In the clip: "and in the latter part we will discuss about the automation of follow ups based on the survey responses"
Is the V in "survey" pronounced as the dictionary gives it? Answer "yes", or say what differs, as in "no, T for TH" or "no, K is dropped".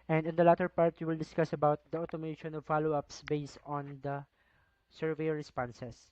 yes